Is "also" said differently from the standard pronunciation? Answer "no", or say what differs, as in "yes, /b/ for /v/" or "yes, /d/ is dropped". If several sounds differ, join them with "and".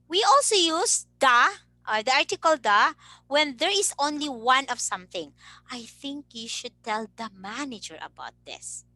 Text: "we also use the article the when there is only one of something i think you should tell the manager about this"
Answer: no